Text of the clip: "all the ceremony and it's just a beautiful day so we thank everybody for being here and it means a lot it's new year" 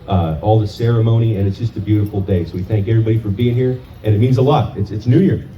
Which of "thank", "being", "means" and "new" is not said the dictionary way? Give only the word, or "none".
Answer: none